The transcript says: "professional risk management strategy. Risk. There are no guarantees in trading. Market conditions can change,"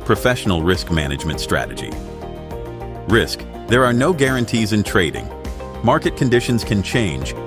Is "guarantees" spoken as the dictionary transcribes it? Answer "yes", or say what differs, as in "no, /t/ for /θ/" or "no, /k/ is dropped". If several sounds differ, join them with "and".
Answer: yes